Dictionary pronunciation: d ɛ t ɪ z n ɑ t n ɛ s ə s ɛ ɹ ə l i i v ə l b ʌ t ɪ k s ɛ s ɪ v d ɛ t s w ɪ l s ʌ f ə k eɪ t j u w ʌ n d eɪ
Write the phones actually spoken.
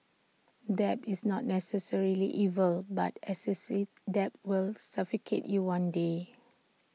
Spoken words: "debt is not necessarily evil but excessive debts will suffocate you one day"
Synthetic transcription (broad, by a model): d ɛ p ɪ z n ɑ t n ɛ s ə s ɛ ɹ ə l i i v ə l b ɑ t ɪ s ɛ s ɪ d ɛ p w ɪ l s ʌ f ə k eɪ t j u w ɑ n d eɪ